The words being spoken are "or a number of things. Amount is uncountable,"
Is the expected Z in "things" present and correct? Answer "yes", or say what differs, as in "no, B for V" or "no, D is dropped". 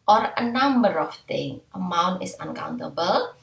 no, Z is dropped